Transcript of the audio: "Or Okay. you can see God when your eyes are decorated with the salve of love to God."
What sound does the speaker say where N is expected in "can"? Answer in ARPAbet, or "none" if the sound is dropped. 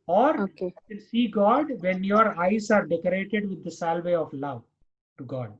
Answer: L